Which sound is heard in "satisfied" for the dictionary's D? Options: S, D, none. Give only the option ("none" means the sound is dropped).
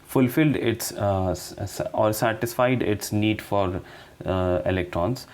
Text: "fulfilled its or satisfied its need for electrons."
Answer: D